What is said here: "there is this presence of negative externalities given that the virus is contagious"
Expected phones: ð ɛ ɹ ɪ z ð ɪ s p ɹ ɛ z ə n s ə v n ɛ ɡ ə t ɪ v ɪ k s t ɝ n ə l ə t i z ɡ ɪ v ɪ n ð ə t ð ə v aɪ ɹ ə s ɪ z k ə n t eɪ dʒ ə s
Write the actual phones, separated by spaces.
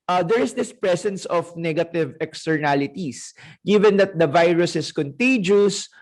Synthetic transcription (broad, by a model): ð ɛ ɹ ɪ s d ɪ s p ɹ ɛ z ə n s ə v n ɛ ɡ ə t ɪ v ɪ k s t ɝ n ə l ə t i s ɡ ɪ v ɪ n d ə t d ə v aɪ ɹ ə s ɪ s k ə n t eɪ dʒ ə s